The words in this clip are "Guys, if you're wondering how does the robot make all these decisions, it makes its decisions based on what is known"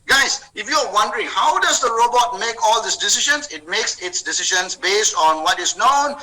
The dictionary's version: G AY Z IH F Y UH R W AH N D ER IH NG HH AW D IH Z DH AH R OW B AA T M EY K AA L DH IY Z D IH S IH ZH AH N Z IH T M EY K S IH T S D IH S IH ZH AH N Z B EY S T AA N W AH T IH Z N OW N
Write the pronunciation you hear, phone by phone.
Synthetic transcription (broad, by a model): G AY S IH F Y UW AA W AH N D ER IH NG HH AW D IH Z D AH R OW B AA T M EY K AA L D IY S D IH S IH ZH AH N S IH T M EY K S IH T S D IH S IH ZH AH N S B EY S T AA N W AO T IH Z N OW N